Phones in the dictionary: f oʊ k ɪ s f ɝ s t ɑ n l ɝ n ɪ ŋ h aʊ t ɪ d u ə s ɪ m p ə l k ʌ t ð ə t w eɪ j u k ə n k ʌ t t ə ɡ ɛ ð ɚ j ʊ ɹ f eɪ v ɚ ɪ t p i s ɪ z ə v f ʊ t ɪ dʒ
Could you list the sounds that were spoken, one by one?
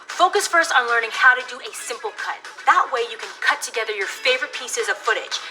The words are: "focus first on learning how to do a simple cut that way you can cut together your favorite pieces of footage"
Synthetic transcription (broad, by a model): f oʊ k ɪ s f ɝ s t n l ɝ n ɪ ŋ h aʊ t ɪ d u ə s ɪ m p l k ʌ t ð ə t w eɪ j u k ə n k ʌ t t ə ɡ ɛ ð ɚ j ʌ ɹ f eɪ v ɚ ɪ t p i s ɪ z ə v f ʊ t ɪ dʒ